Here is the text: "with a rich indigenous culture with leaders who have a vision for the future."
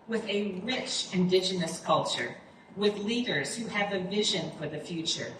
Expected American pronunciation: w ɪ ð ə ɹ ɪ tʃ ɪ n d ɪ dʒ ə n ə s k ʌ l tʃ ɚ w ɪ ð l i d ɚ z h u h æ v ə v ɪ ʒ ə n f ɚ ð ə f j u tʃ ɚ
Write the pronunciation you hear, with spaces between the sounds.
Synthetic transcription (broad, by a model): w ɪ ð ə ɹ ɪ tʃ ɪ n d ɪ dʒ ə n ə s k ʌ l tʃ ɚ w ɪ ð l i d ɚ z h u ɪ v ə v ɪ ʒ ə n f ɚ ð ə f j u tʃ ɚ